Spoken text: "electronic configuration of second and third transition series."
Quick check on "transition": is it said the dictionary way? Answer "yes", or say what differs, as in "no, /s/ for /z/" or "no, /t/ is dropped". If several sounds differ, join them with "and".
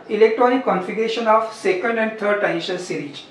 no, /ɹ/ is dropped